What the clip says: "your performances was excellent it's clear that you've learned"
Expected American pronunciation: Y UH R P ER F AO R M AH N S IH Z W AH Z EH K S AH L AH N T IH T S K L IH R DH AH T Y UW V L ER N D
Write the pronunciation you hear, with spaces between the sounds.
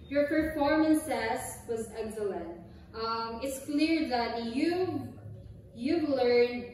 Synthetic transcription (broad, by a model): Y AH R P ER F AO R M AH N S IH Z W AH Z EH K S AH L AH N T IH T S K L IH R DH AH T Y UW V L ER N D